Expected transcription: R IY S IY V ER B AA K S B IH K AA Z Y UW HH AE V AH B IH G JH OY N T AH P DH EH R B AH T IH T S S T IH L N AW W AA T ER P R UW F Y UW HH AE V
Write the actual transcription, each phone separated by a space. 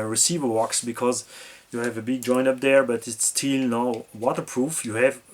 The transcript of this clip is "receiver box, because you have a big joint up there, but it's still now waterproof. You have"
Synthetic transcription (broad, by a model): R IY S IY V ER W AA K S B IH K AA Z Y UW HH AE V AH B IH G JH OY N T AH P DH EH R B AH T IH T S S T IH L N AW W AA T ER P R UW F Y UW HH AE V